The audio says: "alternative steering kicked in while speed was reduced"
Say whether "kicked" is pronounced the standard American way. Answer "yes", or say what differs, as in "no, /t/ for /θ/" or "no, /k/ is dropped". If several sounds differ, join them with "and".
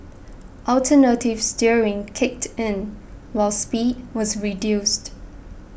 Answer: yes